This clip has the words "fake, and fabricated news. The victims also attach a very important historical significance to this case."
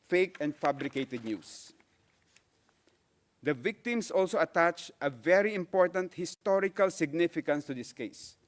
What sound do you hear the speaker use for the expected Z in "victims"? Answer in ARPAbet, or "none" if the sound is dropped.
S